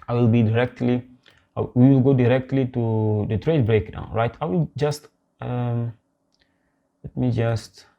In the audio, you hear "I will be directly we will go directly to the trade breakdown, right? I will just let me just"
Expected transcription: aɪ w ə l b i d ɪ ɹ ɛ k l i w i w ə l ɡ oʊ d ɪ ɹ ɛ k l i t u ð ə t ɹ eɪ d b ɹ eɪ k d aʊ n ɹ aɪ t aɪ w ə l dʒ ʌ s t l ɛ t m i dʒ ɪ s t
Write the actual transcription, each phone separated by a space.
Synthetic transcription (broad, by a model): aɪ w ə l b i d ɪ ɹ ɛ k l i w i w ə l ɡ oʊ d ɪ ɹ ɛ k l i t u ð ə t ɹ eɪ d b ɹ eɪ k d aʊ n ɹ aɪ t aɪ w ə l dʒ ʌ s t l ɛ t m i dʒ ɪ s t